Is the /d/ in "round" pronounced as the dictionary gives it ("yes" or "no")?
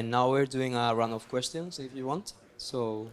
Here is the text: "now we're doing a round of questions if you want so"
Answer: no